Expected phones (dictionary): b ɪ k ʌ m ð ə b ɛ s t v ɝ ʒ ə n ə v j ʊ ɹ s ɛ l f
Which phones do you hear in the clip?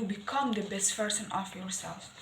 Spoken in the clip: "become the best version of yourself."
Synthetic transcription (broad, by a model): b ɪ k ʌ m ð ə b ɛ s t p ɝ s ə n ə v j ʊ ɹ s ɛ l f